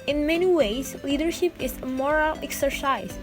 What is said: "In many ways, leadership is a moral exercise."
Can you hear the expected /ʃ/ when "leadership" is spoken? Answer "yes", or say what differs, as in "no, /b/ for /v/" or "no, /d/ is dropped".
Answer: yes